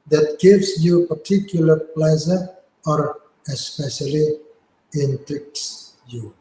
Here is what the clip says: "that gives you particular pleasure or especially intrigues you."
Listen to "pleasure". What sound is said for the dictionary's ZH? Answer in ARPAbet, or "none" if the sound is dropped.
Z